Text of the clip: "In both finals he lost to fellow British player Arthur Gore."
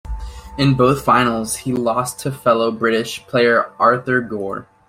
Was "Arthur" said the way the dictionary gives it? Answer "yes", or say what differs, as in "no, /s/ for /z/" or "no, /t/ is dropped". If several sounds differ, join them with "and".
yes